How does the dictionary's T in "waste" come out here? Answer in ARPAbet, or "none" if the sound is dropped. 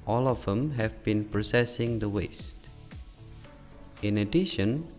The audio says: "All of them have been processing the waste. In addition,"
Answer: T